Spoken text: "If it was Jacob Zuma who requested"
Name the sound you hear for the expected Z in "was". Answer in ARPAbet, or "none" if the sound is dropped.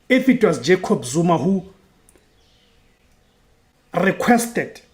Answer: S